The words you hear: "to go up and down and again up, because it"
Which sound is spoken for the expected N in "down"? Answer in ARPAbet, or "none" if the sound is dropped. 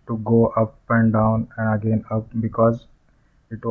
N